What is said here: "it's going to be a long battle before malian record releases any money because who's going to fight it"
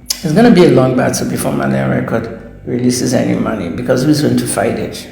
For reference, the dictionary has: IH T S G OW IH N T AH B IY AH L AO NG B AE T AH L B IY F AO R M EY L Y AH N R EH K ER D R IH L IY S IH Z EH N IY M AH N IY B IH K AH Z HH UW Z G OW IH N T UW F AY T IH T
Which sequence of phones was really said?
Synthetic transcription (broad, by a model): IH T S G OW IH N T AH B IY AH L AO NG B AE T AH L B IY F AO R M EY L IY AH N R EH K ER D R IH L IY S IH Z EH N IY M AH N IY B IH K AH Z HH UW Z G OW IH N T UW F AY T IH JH